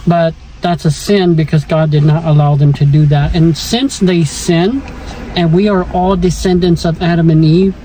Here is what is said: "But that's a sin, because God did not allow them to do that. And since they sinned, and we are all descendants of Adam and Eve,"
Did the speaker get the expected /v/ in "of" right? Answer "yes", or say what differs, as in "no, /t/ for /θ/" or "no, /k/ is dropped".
yes